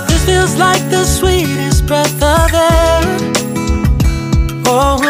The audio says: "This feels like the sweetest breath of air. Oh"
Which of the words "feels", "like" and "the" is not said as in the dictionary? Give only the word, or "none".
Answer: none